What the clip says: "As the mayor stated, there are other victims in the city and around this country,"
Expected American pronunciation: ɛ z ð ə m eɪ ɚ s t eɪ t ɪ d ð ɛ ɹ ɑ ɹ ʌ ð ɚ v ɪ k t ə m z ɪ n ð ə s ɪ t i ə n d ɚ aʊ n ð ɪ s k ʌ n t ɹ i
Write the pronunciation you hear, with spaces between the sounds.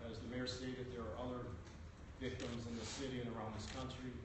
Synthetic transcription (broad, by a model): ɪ z ð ə m eɪ ɚ s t eɪ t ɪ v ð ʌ ɹ ɹ ʌ ð ɚ v ɪ k t ə m z ɪ n ð ə s ɪ t i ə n ɚ aʊ n ð ɪ s k ʌ n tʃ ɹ i